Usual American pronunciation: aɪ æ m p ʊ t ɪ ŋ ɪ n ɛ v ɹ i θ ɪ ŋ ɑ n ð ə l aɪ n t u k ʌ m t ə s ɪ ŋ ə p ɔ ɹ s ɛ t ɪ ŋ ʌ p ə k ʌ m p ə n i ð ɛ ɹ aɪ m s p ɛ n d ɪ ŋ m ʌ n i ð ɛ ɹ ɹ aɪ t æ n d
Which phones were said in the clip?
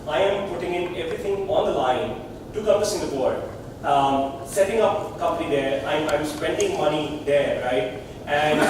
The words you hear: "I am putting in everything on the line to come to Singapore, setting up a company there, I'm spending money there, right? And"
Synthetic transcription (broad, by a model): aɪ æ m p ʊ t ɪ ŋ ɪ n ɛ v ɹ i t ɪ ŋ ɑ n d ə l aɪ n t u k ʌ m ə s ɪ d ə b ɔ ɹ s ɛ t ɪ ŋ ʌ p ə k ʌ m p ə n i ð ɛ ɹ aɪ m s p ɛ n d ɪ ŋ m ʌ n i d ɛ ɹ ɹ aɪ t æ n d